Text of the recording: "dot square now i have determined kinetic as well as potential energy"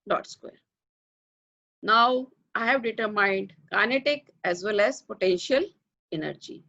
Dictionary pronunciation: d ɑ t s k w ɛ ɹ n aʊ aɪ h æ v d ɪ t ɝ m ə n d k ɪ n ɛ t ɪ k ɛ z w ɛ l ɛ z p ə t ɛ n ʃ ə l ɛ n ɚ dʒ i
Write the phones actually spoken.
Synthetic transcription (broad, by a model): d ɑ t s k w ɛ ɹ n aʊ aɪ h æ v d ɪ t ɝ m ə n d k ɪ n ɛ t ɪ k ɛ z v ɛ l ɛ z p ə t ɛ n ʃ ə l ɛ n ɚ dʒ i